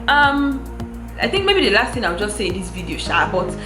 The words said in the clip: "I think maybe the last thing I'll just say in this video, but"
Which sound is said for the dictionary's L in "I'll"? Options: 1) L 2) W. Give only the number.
2